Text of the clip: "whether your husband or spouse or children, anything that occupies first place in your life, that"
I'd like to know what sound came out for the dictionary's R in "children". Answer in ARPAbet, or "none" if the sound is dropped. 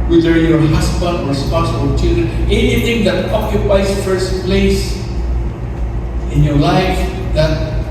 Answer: none